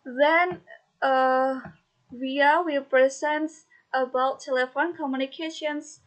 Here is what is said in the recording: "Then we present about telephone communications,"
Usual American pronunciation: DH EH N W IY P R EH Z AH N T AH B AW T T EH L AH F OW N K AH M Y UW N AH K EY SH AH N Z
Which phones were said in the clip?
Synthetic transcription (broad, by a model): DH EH N W IY P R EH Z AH N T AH B AW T T EH L AH F OW N K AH M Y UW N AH K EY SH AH N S